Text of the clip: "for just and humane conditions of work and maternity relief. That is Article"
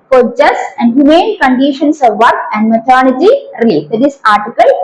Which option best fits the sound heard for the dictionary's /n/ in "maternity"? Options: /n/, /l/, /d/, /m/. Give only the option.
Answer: /l/